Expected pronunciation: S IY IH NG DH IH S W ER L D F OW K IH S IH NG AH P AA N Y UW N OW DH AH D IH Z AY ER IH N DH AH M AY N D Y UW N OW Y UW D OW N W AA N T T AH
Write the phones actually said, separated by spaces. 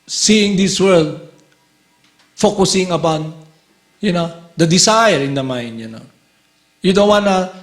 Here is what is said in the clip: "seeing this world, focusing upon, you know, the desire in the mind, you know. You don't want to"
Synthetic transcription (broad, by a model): S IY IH NG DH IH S W ER L D F OW K IH S IH NG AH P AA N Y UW N OW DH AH D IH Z AY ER IH N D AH M AY N D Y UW N OW Y UW D OW N W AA N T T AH